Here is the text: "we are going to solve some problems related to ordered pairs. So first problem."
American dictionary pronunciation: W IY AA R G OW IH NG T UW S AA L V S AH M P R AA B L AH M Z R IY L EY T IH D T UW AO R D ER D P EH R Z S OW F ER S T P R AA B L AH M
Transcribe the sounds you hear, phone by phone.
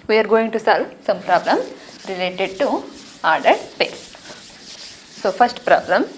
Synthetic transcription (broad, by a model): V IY AA R G OW IH NG T UW S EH L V S AH M P R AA B L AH M R IY L EY T IH D T UW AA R D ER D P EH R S S OW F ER S T P R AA B L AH M